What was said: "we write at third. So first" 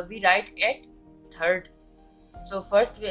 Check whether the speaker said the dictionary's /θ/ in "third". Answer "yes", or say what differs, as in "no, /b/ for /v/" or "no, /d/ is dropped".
no, /t/ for /θ/